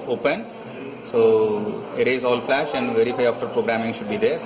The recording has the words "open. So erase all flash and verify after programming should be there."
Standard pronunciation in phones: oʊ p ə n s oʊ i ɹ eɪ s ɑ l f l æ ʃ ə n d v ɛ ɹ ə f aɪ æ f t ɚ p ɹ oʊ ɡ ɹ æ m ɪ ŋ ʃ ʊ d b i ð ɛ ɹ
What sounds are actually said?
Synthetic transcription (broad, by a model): oʊ p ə n s oʊ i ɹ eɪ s ɑ l f l æ ʃ ə n d v ɛ ɹ ə f aɪ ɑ f t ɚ p ɹ oʊ ɡ ɹ æ m ɪ ŋ ʃ ʊ d b i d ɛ ɹ